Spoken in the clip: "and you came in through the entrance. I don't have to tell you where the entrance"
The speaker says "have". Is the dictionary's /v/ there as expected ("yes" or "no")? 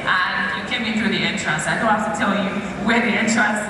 no